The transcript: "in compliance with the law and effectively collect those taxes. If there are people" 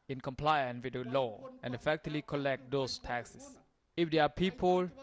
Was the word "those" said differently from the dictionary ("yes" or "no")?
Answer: yes